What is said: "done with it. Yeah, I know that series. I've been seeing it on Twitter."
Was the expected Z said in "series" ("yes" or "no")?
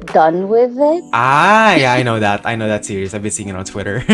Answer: no